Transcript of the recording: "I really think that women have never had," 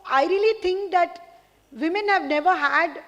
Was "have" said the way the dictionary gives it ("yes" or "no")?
yes